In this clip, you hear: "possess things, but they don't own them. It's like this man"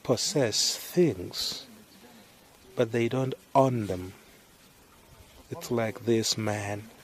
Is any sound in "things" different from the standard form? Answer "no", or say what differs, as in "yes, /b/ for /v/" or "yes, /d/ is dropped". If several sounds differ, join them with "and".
no